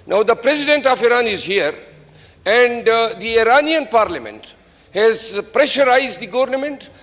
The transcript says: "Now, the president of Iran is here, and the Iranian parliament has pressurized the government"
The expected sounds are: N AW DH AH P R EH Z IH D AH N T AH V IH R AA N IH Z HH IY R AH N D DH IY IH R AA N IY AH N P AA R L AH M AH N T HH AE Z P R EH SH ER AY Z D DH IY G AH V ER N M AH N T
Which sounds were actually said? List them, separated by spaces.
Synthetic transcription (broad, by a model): N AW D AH P R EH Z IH D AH N T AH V IH R AA N IH Z HH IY R AH N D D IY IH R AA N IY AH N P AA R L AH M AH N T HH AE Z P R EH SH ER AY Z D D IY G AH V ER N M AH N T